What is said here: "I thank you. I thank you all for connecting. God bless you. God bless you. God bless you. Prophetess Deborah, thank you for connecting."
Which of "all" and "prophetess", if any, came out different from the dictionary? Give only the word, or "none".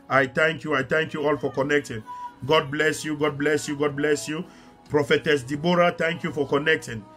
none